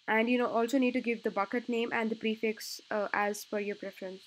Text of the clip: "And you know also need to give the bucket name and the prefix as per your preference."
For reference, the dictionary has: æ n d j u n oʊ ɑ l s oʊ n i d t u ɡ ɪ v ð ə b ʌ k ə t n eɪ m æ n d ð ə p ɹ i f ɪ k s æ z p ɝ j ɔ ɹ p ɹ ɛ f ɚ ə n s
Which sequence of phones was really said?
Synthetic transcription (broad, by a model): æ n d j u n oʊ ɑ l s oʊ n i d t u ɡ ɪ v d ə b ʌ k ə t n eɪ m æ n d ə p ɹ i f ɪ k s æ z f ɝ j ɔ ɹ p ɹ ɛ f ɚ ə n s